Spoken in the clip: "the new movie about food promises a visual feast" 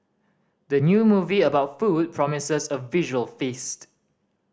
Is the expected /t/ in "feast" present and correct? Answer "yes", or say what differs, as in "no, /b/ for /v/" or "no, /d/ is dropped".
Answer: yes